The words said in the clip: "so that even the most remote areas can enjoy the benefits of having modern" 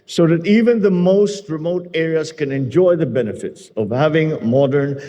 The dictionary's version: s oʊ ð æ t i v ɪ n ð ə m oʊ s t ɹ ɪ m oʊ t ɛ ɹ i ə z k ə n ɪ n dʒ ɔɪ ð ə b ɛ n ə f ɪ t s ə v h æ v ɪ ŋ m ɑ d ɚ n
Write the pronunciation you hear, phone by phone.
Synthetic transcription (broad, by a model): s oʊ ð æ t i v ɪ n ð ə m oʊ s t ɹ ɪ m oʊ t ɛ ɹ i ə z k ə n ɪ n dʒ ɔɪ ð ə b ɛ n ə f ɪ t s ə v h æ v ɪ ŋ m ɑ d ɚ n